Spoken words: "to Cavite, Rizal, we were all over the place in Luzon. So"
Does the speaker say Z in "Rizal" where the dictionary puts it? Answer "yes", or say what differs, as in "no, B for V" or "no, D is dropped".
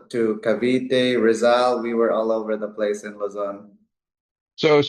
yes